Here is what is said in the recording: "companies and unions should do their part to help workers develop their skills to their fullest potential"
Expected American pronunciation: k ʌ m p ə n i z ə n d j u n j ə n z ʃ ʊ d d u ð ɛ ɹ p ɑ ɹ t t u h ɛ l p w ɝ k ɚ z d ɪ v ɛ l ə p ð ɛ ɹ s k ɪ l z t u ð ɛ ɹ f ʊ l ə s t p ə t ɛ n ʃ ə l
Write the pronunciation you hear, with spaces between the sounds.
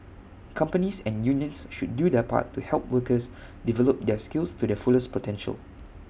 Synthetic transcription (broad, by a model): k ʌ m p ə n i s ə n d j u n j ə n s ʃ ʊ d d u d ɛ p ɑ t t u h ɛ l p w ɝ k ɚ s d ɪ v ɛ l ə p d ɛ s k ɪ l s t u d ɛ f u l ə s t p ə t ɛ n ʃ ə l